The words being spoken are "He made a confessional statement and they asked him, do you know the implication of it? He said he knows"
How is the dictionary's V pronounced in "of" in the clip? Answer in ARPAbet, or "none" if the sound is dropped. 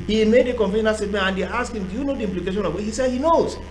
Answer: W